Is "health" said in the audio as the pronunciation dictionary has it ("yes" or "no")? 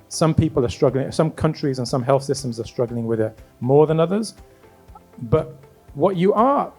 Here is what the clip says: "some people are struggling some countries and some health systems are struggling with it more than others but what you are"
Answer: yes